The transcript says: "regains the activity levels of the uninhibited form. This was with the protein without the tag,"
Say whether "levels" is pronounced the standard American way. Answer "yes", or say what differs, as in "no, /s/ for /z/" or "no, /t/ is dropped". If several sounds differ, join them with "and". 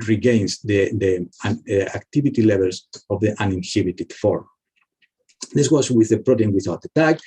no, /s/ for /z/